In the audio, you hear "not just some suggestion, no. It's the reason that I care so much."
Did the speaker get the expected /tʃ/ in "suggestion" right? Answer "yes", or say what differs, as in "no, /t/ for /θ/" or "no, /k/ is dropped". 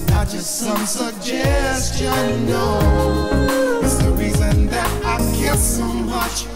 yes